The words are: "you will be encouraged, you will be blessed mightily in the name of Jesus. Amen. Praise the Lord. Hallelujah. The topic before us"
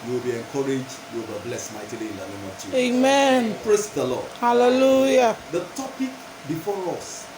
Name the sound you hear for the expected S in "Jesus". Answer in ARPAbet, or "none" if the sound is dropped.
none